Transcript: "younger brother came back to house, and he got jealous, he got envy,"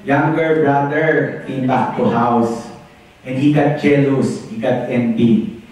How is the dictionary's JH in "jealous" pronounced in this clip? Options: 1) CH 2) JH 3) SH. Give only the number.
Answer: 1